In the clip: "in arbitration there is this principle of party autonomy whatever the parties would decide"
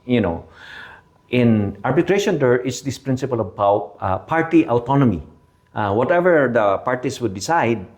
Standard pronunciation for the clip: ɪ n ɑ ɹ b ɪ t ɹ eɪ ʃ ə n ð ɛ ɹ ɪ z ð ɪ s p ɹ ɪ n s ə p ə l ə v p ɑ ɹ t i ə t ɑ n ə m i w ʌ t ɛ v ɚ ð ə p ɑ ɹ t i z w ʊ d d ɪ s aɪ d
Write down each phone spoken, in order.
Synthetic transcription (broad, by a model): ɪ n ɑ ɹ b ɪ t ɹ eɪ ʃ ə n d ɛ ɹ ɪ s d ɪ s p ɹ ɪ n s ə p ə l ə b p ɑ ɹ t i ə t ɑ n ə m i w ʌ t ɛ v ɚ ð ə p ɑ ɹ t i s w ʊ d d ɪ s aɪ d